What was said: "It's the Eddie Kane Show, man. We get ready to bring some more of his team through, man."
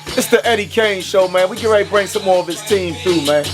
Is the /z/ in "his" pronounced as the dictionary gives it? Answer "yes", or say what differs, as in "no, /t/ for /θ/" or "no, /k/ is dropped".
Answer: no, /s/ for /z/